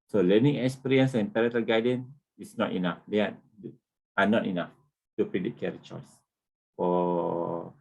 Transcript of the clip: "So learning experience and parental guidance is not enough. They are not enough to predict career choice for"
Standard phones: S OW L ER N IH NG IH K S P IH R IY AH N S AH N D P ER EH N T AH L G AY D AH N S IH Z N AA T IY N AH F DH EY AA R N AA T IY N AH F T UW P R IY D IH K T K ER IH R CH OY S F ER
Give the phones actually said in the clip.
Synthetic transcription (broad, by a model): S OW L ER N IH NG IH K S P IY R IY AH N S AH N P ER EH T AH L G AY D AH N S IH S N AA T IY N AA F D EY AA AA N AA T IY N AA F T UW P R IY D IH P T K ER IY CH OY S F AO